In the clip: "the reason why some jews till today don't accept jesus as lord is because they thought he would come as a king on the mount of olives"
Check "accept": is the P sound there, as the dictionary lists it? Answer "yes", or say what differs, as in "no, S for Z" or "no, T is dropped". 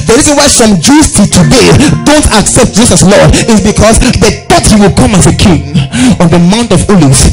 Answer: yes